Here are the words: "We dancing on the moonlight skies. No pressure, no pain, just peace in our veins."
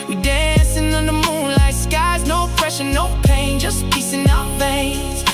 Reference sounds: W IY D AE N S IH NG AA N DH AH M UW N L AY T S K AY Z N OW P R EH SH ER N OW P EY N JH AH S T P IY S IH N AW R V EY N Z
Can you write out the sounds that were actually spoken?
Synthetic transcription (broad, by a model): W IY D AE N S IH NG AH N DH AH M UW N L AY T S K AY Z N OW F R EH SH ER N OW P EY N JH AH S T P IY S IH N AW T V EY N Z